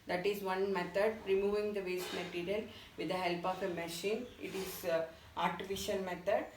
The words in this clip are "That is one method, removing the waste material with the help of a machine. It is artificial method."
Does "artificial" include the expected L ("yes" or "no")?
no